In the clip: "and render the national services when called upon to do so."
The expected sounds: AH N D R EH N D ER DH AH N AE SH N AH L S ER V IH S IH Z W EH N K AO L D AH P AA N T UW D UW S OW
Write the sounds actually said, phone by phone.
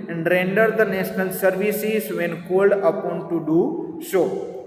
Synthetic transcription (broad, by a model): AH N D R EH N D ER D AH N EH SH N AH L S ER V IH S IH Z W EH N K AO L D AH P AA N T UW D UW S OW